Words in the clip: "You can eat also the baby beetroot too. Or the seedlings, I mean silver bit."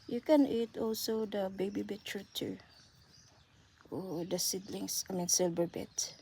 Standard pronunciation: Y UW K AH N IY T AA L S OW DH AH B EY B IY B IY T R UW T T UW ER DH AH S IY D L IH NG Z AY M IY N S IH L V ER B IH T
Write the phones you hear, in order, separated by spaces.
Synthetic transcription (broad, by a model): Y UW K AH N IY T AA L S OW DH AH B EY B IY B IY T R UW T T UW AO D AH S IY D L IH NG S AY M IY N S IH L B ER B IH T